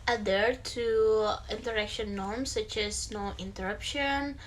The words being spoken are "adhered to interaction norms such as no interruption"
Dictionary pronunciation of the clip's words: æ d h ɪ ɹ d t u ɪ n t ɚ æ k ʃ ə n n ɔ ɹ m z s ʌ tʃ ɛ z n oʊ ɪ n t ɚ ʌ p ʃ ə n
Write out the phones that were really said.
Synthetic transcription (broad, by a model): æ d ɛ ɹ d t u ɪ n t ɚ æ k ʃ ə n n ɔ ɹ m s ʌ tʃ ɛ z n oʊ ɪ n t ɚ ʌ p ʃ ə n